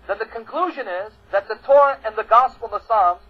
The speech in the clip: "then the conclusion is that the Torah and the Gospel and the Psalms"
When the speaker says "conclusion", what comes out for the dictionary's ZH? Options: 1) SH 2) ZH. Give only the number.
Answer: 2